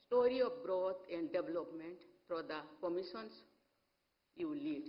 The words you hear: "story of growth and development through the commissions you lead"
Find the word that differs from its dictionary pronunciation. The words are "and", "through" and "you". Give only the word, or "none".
through